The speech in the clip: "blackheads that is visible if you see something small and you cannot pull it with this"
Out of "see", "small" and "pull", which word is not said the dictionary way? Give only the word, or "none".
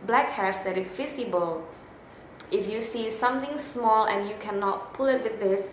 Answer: none